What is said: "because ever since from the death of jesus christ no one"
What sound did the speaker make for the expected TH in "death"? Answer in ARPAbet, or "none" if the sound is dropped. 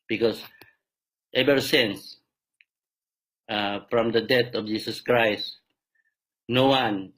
T